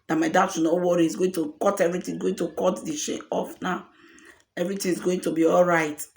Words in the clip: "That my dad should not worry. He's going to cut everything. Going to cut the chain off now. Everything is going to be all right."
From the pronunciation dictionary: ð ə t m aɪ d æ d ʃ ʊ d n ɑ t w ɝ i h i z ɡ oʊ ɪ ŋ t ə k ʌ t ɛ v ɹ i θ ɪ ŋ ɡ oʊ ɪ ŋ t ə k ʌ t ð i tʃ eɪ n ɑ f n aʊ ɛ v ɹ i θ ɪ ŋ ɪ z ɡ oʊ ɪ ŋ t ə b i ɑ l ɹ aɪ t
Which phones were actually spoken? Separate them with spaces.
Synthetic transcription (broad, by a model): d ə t m aɪ d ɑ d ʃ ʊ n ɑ w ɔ i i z ɡ oʊ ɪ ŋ t ə k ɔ t ɛ v ɹ i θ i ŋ ɡ oʊ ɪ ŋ t ə k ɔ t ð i ʃ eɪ ɑ f n aʊ ɛ v ɹ i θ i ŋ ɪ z ɡ oʊ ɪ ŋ t ə b i ɑ l ɹ aɪ t